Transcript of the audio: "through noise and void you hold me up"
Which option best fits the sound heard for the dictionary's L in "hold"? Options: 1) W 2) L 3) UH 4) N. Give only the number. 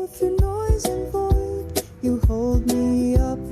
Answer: 2